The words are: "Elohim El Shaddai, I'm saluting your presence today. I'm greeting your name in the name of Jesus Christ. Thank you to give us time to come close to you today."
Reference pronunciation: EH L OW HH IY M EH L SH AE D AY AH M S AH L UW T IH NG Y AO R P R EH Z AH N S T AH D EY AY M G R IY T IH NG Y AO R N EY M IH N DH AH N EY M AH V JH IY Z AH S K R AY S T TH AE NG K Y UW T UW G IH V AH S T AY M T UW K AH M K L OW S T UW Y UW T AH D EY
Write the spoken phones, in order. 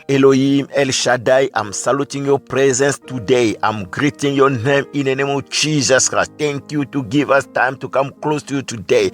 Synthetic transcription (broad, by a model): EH L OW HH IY M EH L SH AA D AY AH M S AH L UW T IH NG Y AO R P R EH Z AH N S T AH D EY AY M G R IY T IH NG Y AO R N EY M IH N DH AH N EY M AH V JH IY Z AH S K R AY S T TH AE NG K Y UW T UW G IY V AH S T AY M T UW K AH M K L OW S T UW Y UW T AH D EY